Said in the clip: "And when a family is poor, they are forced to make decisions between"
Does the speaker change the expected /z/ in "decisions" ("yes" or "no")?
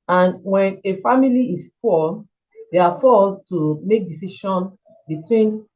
yes